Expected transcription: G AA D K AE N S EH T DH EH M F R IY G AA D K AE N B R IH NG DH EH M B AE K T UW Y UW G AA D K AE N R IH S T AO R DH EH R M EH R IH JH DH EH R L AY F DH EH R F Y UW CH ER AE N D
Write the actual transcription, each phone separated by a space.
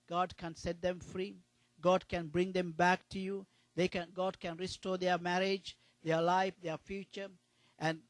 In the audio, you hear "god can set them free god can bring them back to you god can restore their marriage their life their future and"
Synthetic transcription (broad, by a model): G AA D K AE N S EH T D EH M F R IY G AA D K AE N B R IH NG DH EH M B AE K T UW Y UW G AA D K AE N R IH S T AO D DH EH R M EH R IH JH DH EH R L AY F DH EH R F Y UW CH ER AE N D